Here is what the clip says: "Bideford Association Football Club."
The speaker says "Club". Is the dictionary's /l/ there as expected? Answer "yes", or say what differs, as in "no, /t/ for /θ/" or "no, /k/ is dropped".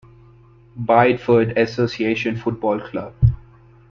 yes